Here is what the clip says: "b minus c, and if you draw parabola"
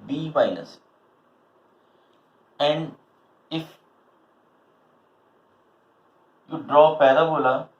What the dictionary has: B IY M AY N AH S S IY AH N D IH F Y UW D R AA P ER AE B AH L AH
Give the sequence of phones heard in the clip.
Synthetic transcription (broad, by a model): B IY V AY L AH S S AH N D IH F Y UW D R AA P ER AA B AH L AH